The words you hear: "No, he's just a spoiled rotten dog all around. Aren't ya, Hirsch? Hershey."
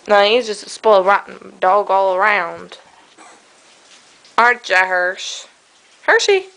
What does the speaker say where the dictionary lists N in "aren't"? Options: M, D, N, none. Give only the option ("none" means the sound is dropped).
none